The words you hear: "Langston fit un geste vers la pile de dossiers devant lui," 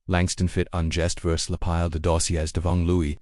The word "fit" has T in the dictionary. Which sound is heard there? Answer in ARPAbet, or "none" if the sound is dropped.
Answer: T